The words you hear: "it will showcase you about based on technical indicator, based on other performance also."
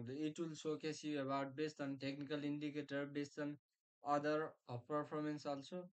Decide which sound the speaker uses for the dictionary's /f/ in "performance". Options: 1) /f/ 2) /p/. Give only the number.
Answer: 2